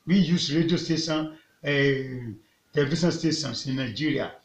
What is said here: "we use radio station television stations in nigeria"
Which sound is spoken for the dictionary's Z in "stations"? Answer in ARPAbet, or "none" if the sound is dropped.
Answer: S